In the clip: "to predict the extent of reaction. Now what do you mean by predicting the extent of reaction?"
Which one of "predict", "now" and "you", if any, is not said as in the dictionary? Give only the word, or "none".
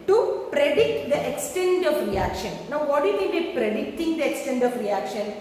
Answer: none